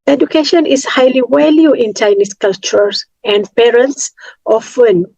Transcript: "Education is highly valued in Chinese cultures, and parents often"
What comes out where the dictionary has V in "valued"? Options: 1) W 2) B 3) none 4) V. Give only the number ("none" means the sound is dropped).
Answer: 1